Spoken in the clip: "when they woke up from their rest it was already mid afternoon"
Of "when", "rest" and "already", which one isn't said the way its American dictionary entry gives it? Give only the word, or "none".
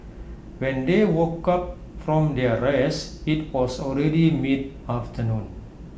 rest